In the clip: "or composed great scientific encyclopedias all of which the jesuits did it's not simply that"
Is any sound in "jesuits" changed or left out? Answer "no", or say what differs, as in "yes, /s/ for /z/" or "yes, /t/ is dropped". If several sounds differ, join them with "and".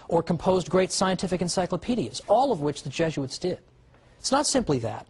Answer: no